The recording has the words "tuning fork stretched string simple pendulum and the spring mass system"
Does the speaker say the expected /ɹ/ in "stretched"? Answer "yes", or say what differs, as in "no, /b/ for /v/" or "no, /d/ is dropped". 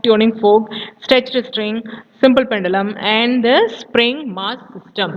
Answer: no, /ɹ/ is dropped